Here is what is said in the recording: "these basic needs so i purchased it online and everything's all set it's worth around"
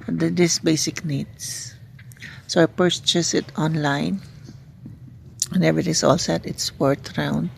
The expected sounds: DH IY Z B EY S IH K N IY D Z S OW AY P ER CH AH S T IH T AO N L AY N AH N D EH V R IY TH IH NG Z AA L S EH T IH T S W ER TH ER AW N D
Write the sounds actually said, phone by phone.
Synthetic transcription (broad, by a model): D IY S B EY S IH K N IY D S S OW AY P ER CH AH S IH T AO N L AY N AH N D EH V R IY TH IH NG S AA L S EH T IH T S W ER T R AW N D